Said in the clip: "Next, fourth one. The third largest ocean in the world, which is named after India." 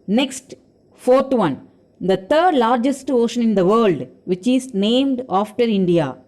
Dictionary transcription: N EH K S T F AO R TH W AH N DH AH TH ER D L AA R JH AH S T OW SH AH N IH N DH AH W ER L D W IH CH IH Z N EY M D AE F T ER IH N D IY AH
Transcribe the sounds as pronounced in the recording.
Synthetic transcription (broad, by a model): N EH K S T F AO R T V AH N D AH T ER D L AA R JH AH S T OW SH AH N IH N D AH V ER L D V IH CH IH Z N EY M D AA F T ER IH N D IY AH